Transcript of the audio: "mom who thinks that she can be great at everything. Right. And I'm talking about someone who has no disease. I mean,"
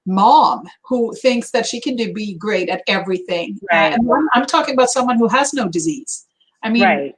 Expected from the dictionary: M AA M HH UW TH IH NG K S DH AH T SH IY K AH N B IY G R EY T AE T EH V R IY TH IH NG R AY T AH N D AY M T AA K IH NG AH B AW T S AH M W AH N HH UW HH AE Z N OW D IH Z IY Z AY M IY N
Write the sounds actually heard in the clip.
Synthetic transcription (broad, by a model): M AA M HH UW TH IH NG K S DH AH T SH IY K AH N B IY G R EY T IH T EH V R IY TH IH NG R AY AH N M AY M T AA K IH NG AH B AW T S AH M W AH N HH UW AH Z N OW D IH Z IY Z AY M IY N